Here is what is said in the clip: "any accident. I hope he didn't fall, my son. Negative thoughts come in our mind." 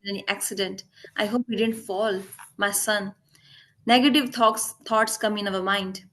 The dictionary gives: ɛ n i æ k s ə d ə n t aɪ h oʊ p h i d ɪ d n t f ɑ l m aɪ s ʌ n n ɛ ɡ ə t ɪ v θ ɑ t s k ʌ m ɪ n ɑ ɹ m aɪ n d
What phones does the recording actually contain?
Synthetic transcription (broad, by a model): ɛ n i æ k s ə d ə n t aɪ h oʊ p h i d ɪ d n t f ɑ l m aɪ s ʌ n n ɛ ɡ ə t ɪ v t ɑ t s k ʌ m ɪ n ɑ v m aɪ n d